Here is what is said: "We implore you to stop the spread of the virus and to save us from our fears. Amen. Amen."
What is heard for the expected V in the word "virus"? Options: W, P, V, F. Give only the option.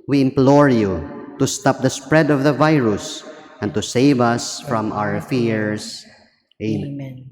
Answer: V